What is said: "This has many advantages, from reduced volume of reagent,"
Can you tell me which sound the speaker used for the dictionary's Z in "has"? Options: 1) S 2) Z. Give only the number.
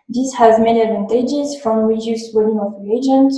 2